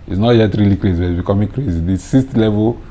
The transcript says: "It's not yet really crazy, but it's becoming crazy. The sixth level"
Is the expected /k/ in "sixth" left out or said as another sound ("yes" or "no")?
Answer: yes